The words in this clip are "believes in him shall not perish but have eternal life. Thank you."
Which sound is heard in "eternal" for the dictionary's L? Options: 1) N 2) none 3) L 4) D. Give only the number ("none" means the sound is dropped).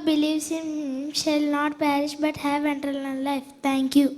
1